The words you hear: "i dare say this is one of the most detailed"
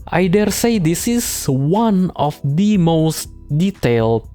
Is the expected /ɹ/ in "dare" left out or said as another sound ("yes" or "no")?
no